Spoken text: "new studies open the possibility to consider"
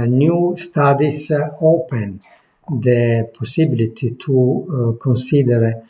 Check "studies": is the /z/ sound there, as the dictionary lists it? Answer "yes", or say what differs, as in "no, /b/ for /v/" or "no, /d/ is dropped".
no, /s/ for /z/